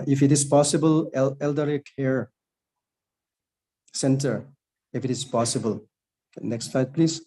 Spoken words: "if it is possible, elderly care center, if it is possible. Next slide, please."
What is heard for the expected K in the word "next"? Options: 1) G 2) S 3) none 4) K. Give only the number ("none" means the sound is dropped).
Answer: 4